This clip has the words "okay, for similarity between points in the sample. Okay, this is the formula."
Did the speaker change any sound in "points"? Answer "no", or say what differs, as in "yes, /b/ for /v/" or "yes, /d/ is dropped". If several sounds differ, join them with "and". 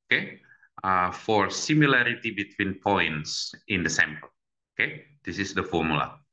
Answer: no